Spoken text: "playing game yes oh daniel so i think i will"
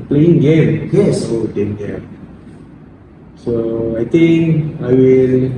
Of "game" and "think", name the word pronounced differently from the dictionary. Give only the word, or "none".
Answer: think